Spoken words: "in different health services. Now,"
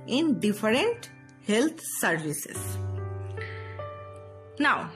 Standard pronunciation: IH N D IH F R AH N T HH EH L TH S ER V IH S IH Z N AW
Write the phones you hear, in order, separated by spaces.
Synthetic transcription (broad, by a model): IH N D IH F R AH N T HH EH L T S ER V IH S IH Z N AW